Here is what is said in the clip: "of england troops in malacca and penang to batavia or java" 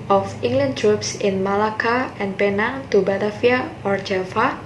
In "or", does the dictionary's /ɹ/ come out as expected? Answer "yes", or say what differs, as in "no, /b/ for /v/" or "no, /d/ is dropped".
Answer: yes